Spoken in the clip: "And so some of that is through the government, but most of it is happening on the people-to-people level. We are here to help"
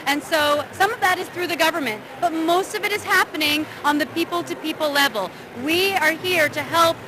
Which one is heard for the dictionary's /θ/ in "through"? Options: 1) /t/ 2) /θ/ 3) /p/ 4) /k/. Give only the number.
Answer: 2